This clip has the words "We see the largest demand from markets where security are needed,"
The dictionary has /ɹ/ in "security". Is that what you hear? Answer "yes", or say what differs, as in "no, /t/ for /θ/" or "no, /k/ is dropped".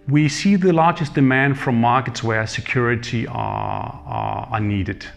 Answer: yes